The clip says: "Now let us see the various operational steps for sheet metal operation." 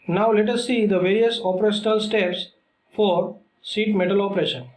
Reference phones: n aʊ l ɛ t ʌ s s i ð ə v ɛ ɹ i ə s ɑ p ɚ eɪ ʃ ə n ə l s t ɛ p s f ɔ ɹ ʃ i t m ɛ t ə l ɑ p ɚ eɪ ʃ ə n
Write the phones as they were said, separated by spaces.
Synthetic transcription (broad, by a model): n aʊ l ɛ t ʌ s s i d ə v ɛ ɹ i ə s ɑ p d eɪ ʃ ə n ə l s t ɛ p s f ɔ ɹ s i t m ɛ t ə l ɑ p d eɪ ʃ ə n